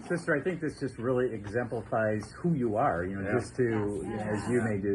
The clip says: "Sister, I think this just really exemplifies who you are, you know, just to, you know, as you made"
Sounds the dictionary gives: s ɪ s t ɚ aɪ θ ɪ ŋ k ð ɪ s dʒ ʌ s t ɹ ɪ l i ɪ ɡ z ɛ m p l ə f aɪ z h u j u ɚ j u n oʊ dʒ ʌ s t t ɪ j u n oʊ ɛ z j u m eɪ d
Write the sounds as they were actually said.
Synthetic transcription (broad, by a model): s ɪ s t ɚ aɪ θ ɪ ŋ k ð ɪ s dʒ ʌ s t ɹ ɪ l i ɪ ɡ z ɛ m p l ə f aɪ z h u j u ɚ j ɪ n oʊ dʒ ʌ s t t ɪ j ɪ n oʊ z j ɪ m eɪ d